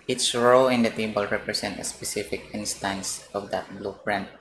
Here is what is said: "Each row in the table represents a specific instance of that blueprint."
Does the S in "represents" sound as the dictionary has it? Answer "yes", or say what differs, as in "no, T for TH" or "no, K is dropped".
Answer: no, S is dropped